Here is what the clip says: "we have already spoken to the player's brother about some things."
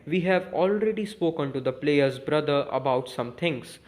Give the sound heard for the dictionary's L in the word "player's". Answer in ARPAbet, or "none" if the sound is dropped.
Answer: L